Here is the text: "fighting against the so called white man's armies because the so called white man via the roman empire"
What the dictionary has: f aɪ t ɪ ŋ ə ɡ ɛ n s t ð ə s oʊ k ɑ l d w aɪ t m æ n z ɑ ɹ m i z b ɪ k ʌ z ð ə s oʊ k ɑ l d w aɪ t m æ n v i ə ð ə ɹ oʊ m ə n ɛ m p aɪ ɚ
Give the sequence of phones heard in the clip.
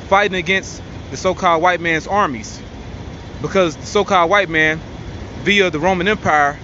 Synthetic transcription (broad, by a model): f aɪ t ɪ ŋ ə ɡ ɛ n s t ð ə s oʊ k ɑ l d w aɪ t m æ n z ɑ ɹ m i z b ɪ k ʌ z ð ə s oʊ k ɑ l d w aɪ t m æ n v i ə ð ə ɹ oʊ m ə n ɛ m p aɪ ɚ